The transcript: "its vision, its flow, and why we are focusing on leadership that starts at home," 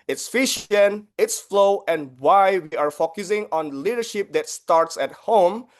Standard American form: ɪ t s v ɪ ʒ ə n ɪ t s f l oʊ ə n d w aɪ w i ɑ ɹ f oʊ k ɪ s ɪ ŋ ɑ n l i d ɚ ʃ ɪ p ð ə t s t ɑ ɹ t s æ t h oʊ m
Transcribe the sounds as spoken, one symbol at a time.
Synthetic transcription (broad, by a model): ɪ t s f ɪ ʃ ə n ɪ t s f l oʊ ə n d w aɪ w i ɑ ɹ f oʊ k ɪ s ɪ ŋ ɑ n l i d ɚ ʃ ɪ p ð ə t s t ɑ ɹ t s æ t h oʊ m